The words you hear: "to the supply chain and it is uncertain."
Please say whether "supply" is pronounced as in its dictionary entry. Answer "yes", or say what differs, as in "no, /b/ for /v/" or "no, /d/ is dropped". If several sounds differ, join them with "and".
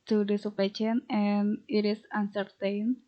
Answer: no, /l/ is dropped